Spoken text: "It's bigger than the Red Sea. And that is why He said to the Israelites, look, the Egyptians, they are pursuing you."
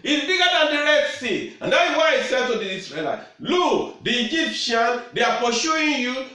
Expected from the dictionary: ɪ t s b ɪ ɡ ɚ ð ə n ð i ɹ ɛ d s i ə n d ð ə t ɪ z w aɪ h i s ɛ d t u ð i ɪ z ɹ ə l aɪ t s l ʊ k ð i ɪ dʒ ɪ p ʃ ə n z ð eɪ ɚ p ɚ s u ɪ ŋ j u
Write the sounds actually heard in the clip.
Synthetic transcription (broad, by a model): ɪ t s b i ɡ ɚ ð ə n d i ɹ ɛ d s i ə n d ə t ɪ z w aɪ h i s ɛ d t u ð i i s ɹ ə l aɪ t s l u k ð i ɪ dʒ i p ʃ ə n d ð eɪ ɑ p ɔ ʃ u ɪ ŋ j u